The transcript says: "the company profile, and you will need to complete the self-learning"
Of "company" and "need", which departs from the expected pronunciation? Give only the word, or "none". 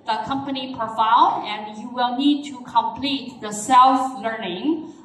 none